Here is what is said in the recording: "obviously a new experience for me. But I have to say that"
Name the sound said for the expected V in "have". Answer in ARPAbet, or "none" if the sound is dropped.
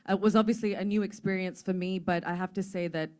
F